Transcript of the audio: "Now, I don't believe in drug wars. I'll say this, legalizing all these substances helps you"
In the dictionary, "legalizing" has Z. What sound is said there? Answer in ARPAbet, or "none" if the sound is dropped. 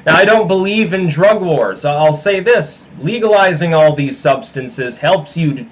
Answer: Z